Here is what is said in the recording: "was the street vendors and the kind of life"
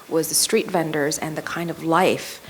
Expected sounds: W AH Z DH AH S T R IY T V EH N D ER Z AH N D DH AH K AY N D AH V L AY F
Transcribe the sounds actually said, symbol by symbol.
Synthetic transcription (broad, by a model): W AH Z DH AH S T R IY T V EH N D ER Z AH N DH AH K AY N D AH V L AY F